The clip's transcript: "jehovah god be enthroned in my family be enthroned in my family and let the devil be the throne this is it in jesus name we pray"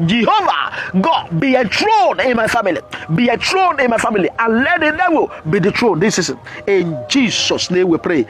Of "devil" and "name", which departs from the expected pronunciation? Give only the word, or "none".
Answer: devil